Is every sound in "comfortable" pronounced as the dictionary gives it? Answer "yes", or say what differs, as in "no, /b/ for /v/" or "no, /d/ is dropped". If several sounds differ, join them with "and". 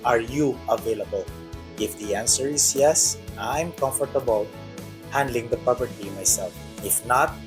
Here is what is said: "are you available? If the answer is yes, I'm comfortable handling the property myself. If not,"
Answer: yes